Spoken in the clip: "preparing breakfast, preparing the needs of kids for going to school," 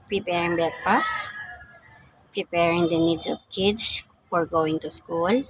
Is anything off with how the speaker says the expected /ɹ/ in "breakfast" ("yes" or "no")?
yes